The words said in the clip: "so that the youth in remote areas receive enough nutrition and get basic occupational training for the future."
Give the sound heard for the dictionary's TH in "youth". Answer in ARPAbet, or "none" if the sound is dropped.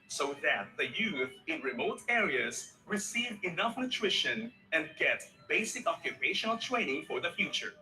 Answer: TH